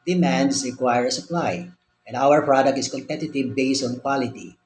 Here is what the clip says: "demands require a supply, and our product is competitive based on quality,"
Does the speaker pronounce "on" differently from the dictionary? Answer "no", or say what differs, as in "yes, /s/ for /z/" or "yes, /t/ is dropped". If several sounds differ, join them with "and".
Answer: no